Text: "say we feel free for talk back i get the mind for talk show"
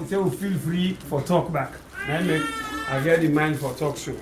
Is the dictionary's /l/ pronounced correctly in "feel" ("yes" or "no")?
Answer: yes